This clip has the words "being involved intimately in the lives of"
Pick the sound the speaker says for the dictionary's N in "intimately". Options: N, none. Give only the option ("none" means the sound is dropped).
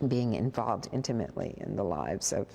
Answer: N